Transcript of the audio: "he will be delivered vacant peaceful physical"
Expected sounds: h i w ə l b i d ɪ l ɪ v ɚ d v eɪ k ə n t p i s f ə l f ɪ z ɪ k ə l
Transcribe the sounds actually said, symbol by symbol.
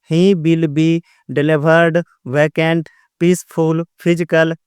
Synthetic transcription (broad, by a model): h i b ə l b i d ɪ l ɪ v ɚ d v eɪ k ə n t p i s p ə l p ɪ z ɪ k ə l